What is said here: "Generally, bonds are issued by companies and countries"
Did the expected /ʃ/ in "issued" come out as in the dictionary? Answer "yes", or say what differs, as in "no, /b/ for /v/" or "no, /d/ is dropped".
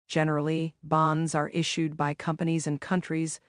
yes